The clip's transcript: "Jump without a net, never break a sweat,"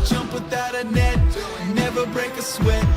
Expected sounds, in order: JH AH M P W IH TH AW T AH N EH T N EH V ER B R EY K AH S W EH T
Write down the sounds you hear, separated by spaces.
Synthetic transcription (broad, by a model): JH AH M P W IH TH AW T AH N EH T N EH V ER B R EY K AH S W EH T